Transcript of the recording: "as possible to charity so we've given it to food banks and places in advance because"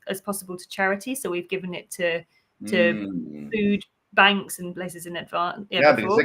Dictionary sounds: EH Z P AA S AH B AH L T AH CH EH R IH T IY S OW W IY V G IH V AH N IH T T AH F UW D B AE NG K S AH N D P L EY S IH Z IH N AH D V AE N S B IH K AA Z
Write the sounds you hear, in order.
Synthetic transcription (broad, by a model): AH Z P AA S AH B AH L T AH CH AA R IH T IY S OW W IY V G IH V AH N IH T T AH F UW D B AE NG K S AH N P L EY S IH Z IH N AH D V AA